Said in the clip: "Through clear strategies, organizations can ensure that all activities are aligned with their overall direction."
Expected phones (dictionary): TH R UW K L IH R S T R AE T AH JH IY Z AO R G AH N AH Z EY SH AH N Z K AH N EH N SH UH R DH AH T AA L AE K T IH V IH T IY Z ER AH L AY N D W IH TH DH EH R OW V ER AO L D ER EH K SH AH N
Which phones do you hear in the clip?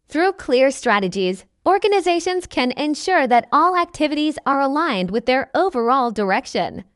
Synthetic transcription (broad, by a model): TH R UW K L IH R S T R AE T AH JH IY Z AO R G AH N AH Z EY SH AH N Z K AH N EH N SH UH R DH AH T AA L AE K T IH V IH T IY Z ER AH L AY N D W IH DH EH R OW V ER AO L D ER EH K SH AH N